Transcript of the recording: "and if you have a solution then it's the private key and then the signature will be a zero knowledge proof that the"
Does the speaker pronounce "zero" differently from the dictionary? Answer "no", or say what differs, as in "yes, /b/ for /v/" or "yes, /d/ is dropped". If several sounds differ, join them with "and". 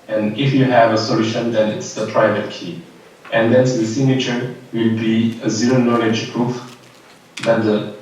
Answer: no